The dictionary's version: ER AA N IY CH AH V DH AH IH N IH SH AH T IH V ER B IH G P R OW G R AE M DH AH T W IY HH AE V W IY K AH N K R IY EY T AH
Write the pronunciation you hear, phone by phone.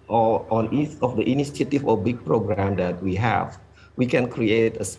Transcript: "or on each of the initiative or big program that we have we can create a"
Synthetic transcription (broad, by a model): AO AA N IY S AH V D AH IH N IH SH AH T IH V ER B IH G P R OW G R AE M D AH T W IY HH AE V W IY K AH N K R IY EY T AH